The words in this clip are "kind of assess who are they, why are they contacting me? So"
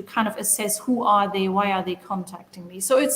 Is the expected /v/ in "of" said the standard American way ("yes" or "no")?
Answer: yes